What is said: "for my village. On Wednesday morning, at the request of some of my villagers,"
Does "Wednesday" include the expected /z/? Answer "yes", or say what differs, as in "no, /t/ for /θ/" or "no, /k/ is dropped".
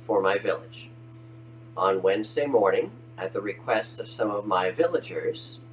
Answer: yes